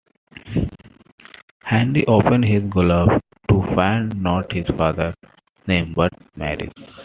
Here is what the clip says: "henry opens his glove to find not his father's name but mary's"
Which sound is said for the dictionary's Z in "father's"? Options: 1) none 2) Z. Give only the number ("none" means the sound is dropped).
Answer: 1